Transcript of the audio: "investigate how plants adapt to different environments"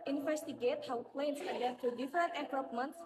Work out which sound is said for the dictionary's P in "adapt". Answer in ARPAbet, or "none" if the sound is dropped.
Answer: none